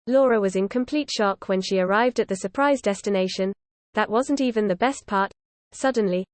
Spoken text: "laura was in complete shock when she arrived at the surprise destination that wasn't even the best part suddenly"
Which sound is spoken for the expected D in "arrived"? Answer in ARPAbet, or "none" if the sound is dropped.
D